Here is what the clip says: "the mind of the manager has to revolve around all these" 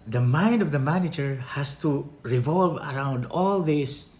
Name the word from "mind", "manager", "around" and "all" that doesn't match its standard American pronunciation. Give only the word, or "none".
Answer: none